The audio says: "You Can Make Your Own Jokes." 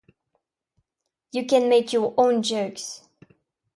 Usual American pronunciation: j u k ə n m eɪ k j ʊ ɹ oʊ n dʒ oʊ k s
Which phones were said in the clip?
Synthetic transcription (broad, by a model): j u k ə n m eɪ k j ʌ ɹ oʊ n dʒ oʊ k s